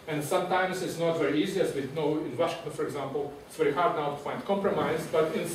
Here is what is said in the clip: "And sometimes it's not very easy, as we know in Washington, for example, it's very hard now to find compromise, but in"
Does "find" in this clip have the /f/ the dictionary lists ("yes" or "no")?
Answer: yes